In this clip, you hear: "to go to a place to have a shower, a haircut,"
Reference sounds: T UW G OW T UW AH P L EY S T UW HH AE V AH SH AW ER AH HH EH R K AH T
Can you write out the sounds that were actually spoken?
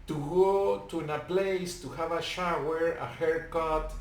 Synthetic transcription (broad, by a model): T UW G OW T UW AH P L EY S T UW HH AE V AH SH AW ER AH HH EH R K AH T